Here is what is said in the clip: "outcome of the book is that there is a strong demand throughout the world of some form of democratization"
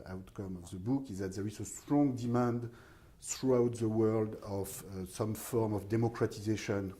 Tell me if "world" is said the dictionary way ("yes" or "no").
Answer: yes